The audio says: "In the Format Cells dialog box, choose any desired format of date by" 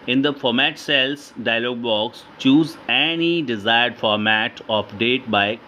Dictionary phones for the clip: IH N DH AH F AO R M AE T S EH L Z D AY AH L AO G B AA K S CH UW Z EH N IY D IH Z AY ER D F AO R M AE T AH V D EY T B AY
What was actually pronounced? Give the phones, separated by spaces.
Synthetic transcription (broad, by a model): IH N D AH F AO R M AE T S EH L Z D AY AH L AO G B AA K S CH UW Z EH N IY D IH Z AY ER D F AO R M AE T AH P D EY T B AY